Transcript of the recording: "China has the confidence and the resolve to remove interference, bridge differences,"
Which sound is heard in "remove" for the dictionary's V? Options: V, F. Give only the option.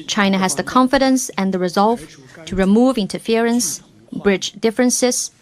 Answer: V